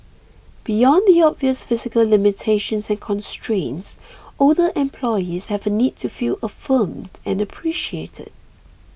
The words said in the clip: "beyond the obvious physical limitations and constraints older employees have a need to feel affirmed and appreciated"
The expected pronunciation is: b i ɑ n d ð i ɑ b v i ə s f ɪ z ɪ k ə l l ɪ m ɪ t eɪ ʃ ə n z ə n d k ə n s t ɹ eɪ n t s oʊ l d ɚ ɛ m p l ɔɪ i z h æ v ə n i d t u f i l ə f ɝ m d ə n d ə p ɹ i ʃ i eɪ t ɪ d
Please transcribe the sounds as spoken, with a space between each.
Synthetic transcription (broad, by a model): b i ɑ n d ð i ɑ b v i ə s f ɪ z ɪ k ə l l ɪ m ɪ t eɪ ʃ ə n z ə n k ə n s t ɹ eɪ n t s oʊ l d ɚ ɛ m p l ɔɪ i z h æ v ə n i d t u f i l ə f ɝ m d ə n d ə p ɹ i ʃ i eɪ t ɪ d